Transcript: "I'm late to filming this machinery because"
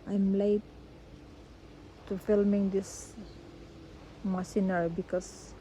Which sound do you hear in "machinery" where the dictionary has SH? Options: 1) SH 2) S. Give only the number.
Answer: 2